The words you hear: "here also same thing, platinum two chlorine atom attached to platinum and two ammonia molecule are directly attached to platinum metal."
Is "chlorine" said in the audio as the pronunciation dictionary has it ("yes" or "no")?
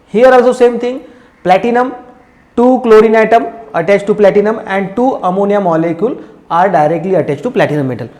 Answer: yes